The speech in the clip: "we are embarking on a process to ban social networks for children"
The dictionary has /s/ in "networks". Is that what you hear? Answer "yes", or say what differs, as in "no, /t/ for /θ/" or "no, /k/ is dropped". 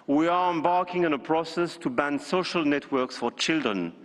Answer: yes